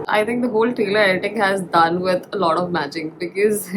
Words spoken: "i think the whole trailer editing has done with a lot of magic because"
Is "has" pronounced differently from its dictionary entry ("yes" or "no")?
no